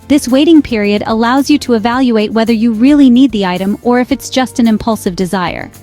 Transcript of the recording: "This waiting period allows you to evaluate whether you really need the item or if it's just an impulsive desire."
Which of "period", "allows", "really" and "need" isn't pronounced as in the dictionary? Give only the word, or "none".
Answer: none